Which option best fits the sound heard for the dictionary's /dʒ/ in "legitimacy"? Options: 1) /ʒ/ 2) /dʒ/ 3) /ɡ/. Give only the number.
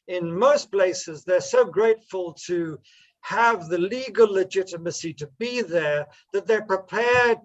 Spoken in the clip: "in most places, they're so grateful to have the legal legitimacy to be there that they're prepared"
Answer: 2